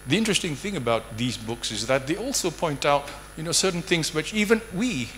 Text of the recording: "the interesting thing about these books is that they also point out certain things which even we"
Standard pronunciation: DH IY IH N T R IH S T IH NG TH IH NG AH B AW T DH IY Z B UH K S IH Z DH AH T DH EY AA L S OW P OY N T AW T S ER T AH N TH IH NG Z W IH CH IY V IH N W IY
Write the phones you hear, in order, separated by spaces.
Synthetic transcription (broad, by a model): DH IY IH N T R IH S T IH NG TH IH NG AH B AW T DH IY Z B UH K S IH Z DH AH T DH EY AA L S OW P OY N T AW T S ER T N TH IH NG Z W IH CH IY V IH N W IY